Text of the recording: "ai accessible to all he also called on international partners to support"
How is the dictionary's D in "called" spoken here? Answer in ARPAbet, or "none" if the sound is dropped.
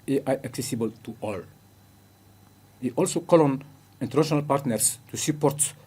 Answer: none